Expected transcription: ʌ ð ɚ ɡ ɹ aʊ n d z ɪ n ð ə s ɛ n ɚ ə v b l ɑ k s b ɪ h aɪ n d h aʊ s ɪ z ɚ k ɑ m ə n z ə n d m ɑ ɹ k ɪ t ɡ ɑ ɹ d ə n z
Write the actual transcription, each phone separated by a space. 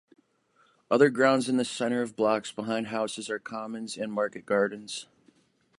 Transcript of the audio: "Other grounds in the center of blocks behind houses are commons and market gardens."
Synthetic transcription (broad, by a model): ʌ ð ɚ ɡ ɹ aʊ n d z ɪ n ð ə s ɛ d ɚ ə v b l ɑ k s b ɪ h aɪ n d h aʊ s ɪ z ɚ k ɑ m ə n z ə n m ɑ ɹ k ɪ t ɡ ɑ ɹ d n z